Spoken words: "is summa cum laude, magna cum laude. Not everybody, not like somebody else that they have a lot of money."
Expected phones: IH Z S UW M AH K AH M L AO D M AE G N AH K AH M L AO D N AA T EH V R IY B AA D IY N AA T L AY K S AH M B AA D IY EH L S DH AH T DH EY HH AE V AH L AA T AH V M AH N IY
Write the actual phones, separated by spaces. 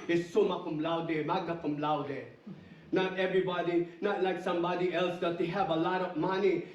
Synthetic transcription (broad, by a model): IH S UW M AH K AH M L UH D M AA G AH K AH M L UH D N AA T EH V R IY B AA D IY N AA T L AY K S AH M B AA D IY EH L S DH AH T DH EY HH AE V AH L AA T AH V M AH N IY